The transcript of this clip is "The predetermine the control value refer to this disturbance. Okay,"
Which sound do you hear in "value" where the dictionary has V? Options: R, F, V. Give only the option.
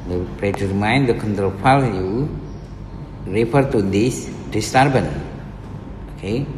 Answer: F